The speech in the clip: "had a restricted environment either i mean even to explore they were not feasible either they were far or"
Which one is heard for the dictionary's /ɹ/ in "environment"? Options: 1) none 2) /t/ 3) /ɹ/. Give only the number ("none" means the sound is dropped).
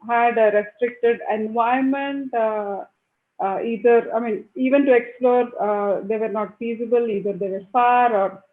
1